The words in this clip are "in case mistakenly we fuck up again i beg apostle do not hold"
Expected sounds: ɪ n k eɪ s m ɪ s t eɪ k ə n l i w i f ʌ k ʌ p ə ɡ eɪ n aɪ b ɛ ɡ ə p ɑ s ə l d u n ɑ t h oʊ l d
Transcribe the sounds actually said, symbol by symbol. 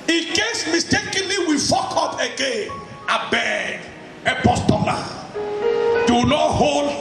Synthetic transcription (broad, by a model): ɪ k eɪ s m ɪ s t eɪ k ə n l i w i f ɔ k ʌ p ə ɡ eɪ n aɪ b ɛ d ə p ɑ s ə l d u n ɑ t h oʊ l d